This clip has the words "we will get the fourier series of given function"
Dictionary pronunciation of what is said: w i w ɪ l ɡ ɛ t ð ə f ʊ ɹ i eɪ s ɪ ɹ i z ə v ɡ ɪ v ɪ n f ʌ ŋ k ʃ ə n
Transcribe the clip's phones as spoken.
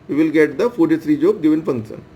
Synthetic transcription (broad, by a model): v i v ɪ l ɡ ɛ t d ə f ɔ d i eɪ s ɹ i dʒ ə b ɡ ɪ v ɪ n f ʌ ŋ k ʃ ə n